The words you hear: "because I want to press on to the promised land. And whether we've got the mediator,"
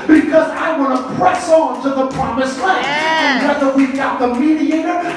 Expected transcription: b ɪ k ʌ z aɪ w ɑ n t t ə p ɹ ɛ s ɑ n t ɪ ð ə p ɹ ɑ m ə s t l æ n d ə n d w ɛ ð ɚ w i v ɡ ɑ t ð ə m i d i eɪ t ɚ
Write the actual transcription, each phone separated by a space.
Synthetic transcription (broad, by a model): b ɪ k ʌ z aɪ w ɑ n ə p ɹ ɛ s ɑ n t ɪ ð ə p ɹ ɑ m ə s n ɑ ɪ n ə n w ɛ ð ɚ w i v ɡ ɑ t ð ə m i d i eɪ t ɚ